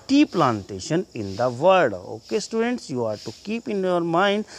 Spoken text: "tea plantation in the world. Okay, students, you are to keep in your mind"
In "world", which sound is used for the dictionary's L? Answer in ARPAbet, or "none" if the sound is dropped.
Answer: none